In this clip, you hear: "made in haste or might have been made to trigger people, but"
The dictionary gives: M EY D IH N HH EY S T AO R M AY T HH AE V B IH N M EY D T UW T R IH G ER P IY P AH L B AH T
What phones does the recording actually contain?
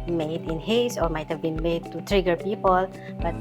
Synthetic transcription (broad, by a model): M EY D IH N HH EY S AO R M AY T HH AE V B IH N M EY D T UW T R IH G ER P IY P AH L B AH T